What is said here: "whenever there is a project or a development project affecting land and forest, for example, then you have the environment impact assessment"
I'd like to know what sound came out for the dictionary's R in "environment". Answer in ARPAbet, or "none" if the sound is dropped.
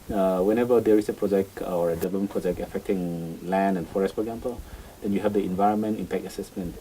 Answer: R